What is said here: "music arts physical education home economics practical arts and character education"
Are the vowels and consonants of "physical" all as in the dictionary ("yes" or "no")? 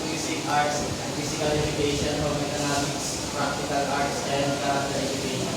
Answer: no